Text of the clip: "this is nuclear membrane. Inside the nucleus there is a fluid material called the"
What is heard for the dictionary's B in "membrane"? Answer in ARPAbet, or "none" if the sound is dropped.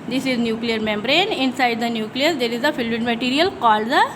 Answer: B